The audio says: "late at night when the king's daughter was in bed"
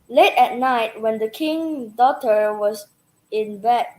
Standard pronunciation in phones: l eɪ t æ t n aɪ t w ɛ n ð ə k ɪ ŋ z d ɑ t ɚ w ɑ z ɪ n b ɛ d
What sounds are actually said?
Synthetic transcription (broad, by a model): l eɪ t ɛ t n aɪ t w ɛ n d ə k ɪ ŋ d ɑ t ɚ w ɑ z ɪ n b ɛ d